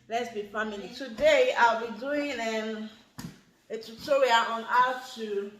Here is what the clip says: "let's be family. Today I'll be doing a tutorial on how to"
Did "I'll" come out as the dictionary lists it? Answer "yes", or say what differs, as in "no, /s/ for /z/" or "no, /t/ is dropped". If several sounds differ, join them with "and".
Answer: yes